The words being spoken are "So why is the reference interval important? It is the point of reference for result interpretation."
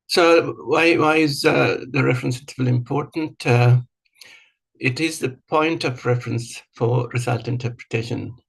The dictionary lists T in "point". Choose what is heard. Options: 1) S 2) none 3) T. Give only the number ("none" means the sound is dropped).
3